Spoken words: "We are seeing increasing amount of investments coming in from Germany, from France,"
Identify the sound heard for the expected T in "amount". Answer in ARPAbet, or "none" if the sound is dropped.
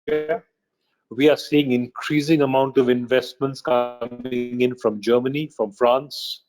T